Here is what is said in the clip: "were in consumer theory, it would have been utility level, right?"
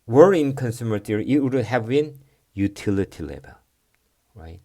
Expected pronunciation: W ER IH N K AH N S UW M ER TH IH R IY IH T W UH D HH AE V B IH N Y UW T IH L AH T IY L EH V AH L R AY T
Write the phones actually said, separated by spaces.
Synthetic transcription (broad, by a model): W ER IH N K AH N S UW M ER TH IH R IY IH T W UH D HH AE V B IH N Y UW T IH L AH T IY L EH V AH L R AY T